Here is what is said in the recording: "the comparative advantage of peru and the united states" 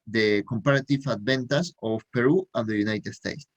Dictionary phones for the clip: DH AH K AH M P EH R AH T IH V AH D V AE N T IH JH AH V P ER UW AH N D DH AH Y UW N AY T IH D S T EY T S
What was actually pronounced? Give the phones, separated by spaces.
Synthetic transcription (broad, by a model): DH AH K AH M P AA R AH T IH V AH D B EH N T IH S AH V P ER UW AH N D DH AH Y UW N AY T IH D S T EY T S